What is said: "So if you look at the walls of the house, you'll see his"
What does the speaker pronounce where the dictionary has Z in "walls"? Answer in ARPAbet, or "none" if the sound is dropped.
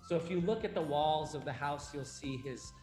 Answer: Z